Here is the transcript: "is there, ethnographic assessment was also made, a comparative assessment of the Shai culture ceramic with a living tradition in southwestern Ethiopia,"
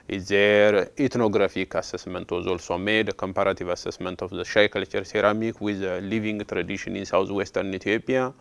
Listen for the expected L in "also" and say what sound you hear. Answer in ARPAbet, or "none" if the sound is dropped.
L